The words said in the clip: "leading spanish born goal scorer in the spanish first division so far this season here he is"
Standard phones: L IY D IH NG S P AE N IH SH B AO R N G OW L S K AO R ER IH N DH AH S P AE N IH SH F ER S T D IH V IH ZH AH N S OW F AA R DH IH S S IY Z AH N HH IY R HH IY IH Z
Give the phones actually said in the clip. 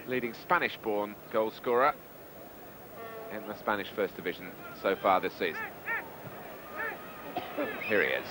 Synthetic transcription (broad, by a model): L IY D IH NG S P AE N IH SH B AO N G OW L S K AO R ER IH N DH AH S P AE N IH SH F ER S D IH V IH ZH AH N S OW F AA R DH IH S S IY Z AH N HH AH R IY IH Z